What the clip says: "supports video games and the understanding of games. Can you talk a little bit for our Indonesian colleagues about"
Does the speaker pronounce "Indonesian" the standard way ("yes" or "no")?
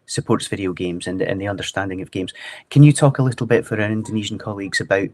yes